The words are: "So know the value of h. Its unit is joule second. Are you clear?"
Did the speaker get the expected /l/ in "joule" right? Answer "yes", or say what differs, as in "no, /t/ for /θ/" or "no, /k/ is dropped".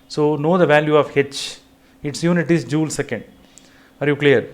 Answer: yes